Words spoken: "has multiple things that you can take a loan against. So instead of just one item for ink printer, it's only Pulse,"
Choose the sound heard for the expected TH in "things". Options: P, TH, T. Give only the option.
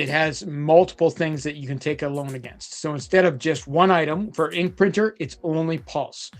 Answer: TH